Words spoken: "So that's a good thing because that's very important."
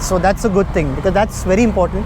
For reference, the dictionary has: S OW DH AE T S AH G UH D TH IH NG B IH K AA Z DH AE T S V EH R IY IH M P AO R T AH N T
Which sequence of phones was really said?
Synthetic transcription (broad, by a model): S OW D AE T S AH G UH D T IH NG B IH K AA Z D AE T S V EH R IY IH M P AO R T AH N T